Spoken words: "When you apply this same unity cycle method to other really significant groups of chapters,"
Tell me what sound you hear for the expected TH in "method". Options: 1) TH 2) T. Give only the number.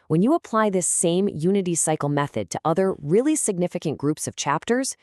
1